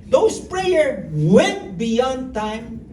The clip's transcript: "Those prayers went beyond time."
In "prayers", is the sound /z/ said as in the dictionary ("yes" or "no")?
no